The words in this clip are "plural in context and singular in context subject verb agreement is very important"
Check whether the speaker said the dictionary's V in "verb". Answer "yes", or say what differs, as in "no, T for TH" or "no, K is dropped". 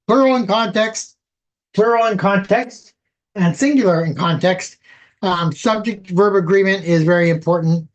yes